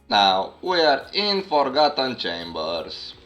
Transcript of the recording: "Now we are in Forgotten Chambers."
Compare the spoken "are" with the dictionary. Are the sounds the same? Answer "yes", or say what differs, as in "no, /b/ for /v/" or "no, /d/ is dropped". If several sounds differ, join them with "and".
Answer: yes